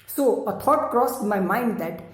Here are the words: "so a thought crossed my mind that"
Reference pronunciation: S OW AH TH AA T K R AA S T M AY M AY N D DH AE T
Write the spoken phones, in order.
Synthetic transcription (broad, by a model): S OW AH T AA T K R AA S M AY M AY N D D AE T